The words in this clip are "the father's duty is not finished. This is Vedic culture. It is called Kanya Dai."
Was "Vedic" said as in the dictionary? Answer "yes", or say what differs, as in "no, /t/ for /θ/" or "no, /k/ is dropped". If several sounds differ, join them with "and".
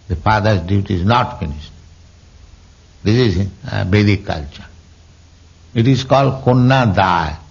no, /b/ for /v/